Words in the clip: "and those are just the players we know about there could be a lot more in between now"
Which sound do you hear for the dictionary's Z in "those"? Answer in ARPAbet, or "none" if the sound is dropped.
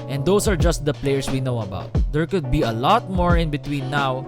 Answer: S